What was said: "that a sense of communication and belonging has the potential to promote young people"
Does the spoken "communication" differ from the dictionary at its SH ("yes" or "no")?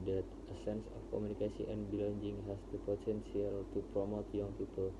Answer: yes